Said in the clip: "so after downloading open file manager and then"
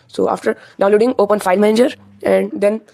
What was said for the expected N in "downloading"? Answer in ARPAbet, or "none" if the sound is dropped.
none